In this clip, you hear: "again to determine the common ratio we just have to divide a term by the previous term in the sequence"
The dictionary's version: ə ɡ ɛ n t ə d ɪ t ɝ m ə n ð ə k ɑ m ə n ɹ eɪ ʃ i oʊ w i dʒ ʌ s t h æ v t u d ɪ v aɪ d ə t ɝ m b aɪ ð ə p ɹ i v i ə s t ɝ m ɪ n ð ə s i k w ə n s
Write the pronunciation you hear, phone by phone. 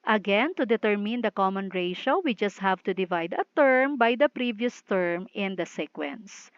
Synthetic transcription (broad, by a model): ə ɡ ɛ n t ə d ɪ t ɝ m ə n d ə k ɑ m ə n ɹ eɪ ʃ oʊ w i dʒ ʌ s t h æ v t u d ɪ v aɪ d ə t ɝ m b aɪ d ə p ɹ i v i ə s t ɝ m ɪ n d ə s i k w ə n s